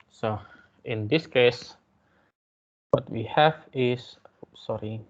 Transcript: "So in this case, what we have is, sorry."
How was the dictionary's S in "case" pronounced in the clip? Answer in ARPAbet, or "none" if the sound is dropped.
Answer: S